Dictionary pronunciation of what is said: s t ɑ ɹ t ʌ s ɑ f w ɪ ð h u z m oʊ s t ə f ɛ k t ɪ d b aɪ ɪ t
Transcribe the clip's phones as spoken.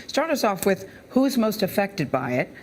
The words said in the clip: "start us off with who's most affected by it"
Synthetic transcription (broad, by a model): s t ɑ ɹ t ʌ s ɑ f w ɪ ð h u z m oʊ s t ə f ɛ k t ɪ d b aɪ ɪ t